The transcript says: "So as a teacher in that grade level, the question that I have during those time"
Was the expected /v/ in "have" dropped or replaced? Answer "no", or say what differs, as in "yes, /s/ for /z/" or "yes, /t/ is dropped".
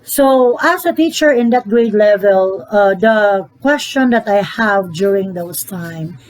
no